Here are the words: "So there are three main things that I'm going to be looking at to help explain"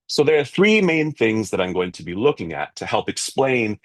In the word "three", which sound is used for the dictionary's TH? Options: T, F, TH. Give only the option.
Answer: TH